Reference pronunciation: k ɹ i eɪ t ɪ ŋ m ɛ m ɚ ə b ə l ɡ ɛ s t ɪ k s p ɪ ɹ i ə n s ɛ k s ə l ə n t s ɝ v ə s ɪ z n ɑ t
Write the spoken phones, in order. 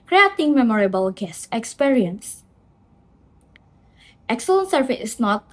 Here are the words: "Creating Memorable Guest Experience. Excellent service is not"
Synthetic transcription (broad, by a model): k ɹ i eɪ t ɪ ŋ m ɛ m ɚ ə b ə l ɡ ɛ s ɪ k s p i ɹ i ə n s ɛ k s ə l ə n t s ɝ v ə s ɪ s n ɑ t